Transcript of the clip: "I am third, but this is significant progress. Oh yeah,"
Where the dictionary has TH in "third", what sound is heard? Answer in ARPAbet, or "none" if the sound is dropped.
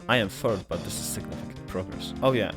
F